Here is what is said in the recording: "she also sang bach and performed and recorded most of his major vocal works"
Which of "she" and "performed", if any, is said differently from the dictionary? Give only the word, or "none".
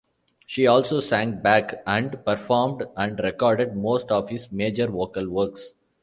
none